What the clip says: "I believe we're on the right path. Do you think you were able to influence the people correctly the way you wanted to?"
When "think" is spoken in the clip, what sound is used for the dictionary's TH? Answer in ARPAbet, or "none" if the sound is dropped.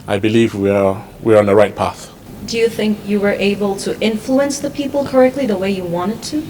TH